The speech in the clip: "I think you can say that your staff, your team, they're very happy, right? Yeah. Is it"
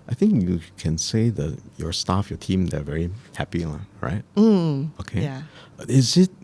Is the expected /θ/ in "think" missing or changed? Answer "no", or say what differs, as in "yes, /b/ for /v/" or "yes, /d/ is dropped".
no